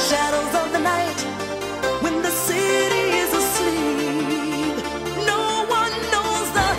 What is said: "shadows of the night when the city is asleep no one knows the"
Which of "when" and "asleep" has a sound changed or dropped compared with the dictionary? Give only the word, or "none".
none